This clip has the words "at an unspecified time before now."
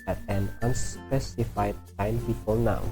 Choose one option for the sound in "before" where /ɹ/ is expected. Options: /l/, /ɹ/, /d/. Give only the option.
/l/